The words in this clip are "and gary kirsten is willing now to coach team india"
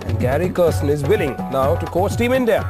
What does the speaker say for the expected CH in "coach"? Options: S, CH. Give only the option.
S